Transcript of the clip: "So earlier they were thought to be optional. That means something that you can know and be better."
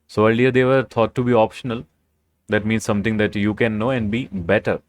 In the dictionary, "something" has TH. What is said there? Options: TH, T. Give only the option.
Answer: T